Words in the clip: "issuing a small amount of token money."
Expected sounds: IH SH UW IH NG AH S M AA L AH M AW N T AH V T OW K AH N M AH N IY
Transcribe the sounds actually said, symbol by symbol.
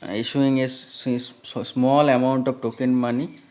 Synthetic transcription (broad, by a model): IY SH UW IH NG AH S M AA L AH M AW N T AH P T OW K AH N M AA N IY